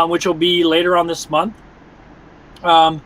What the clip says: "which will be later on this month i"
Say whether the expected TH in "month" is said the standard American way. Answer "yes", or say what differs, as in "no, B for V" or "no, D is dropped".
yes